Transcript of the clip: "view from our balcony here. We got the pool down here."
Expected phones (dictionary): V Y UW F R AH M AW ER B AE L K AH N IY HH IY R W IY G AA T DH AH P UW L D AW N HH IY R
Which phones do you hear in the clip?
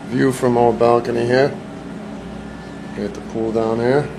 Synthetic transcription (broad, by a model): V Y UW F R AH M AW ER B AE L K AH N IY HH IY R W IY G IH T DH AH P UW L D AW N HH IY R